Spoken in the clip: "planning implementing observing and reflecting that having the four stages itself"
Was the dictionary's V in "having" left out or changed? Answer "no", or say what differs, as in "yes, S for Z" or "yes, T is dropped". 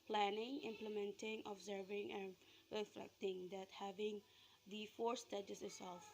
no